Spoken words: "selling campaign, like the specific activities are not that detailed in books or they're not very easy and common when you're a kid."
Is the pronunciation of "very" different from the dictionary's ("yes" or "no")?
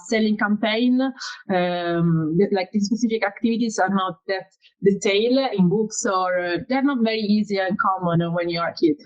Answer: no